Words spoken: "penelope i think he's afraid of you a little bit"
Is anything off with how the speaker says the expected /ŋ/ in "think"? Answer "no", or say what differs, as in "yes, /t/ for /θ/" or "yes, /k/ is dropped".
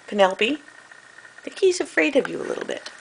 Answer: yes, /ŋ/ is dropped